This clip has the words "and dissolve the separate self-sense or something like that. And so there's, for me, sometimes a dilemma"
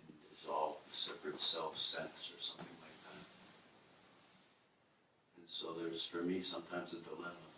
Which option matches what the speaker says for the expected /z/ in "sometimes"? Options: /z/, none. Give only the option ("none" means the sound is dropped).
/z/